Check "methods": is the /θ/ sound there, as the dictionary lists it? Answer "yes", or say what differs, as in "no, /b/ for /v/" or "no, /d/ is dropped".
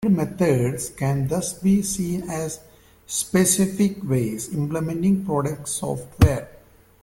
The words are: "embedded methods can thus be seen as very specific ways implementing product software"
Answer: no, /t/ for /θ/